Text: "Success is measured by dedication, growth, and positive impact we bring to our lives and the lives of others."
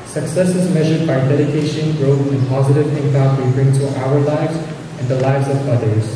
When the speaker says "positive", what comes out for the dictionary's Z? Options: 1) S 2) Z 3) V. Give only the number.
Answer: 2